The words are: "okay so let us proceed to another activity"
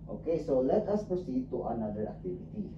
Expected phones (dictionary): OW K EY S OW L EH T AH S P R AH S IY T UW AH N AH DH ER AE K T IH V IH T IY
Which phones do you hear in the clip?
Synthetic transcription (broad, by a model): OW K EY S OW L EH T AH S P AH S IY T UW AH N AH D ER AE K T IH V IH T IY